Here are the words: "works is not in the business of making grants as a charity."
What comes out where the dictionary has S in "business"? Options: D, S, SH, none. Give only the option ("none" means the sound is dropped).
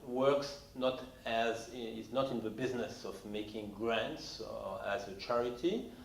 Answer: S